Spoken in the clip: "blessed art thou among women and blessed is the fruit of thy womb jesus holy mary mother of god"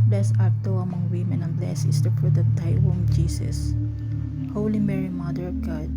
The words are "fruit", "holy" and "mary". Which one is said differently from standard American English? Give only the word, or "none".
fruit